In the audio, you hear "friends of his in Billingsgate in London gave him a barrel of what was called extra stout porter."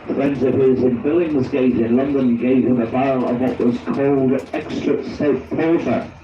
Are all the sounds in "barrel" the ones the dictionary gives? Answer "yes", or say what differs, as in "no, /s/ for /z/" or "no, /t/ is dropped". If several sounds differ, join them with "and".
no, /ɹ/ is dropped